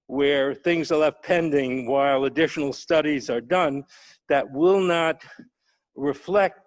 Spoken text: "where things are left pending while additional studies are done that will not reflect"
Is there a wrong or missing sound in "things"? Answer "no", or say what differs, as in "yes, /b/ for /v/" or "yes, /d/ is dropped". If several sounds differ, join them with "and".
no